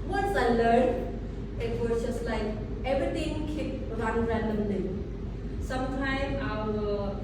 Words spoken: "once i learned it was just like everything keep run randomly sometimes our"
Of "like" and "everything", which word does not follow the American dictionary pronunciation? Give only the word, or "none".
everything